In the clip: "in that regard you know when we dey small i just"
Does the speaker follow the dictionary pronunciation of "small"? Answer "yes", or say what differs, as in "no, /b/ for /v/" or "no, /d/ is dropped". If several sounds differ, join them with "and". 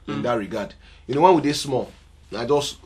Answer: no, /n/ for /l/